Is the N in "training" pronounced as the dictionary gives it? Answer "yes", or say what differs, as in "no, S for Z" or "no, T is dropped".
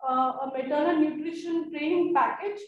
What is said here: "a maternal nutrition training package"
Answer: no, N is dropped